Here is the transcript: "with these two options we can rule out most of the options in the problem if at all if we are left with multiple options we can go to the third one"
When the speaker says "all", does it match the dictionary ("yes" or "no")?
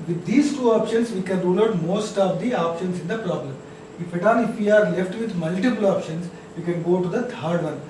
no